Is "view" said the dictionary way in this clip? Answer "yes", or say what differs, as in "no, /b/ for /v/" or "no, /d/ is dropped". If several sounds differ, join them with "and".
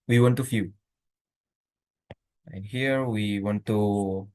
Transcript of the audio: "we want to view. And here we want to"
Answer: no, /f/ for /v/